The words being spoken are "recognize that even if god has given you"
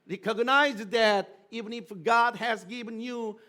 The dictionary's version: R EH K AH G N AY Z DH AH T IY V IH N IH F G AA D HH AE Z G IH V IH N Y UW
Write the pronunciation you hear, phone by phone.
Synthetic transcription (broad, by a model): R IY K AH G N AY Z DH AH T IY V IH N IH F G AA D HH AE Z G IH V IH N Y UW